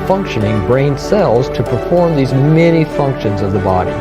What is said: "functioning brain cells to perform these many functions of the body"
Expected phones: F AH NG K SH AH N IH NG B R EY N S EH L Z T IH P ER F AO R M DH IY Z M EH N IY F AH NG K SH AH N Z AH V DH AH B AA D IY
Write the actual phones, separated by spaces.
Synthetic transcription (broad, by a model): F AH NG K SH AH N IH NG B R EY N S EH L Z T IH P ER F AO R M DH IY Z M EH N IY F AH NG K SH AH N Z AH V DH AH B AA D IY